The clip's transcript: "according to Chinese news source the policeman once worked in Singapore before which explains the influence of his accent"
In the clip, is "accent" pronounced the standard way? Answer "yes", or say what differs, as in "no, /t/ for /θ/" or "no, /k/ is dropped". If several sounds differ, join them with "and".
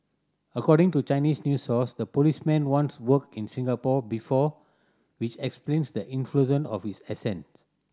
no, /k/ is dropped